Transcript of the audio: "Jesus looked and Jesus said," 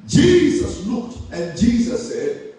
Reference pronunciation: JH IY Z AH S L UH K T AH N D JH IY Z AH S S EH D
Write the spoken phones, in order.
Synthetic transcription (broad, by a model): JH IY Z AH S L UH K T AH N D JH IY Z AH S S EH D